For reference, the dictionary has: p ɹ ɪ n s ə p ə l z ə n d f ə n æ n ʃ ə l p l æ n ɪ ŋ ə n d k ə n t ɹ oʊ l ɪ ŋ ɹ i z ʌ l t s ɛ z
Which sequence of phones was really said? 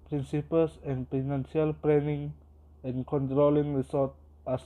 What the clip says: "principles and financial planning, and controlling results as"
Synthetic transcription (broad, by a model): p ɹ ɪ n s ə p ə l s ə n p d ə n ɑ n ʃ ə l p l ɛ n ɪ ŋ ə n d k ə n t ɹ oʊ l ɪ ŋ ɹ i s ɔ t ɑ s